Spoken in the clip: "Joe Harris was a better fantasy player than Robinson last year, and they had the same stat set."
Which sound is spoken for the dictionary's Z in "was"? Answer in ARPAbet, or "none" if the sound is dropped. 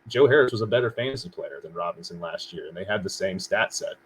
Z